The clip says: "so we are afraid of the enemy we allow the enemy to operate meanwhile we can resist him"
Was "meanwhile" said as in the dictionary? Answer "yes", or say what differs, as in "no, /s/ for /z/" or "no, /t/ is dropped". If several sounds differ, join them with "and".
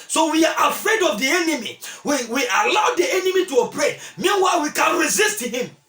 yes